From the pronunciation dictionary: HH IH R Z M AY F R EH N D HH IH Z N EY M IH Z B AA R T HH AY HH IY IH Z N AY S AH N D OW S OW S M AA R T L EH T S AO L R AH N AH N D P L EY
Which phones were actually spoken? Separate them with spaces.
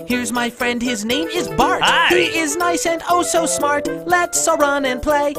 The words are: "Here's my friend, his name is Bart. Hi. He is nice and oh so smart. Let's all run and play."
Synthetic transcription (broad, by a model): HH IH R Z M AY F R EH N D HH IH Z N EY M IH Z B AA R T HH HH IY IH Z N AY S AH N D OW S OW S M AA R T L EH T S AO R AH N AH N P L EY